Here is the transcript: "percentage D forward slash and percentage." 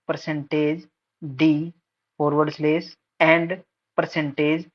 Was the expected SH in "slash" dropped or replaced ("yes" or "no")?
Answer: yes